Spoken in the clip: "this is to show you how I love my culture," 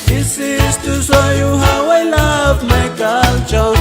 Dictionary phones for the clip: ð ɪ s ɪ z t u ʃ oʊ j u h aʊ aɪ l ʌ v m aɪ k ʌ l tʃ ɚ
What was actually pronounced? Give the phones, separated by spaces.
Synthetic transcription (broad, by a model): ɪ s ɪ s t u s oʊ j u h aʊ aɪ l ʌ b m aɪ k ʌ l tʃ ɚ